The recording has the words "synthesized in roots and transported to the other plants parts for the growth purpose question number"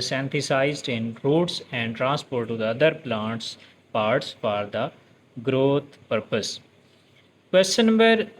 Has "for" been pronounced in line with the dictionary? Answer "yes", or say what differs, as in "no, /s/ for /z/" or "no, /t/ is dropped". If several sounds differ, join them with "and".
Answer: no, /p/ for /f/